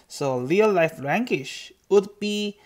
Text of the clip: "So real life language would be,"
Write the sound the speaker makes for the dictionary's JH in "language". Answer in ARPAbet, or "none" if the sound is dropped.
SH